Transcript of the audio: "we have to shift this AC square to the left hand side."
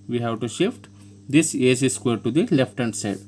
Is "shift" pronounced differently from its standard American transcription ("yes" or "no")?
no